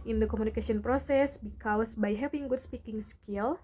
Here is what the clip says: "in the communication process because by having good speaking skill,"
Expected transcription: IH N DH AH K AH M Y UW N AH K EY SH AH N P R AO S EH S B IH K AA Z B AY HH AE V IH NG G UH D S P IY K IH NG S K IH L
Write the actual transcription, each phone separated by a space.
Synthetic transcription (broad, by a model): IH N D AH K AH M UW N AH K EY S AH N P R AO S EH S B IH K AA S B AY HH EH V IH NG G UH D S P IY K IH NG S K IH L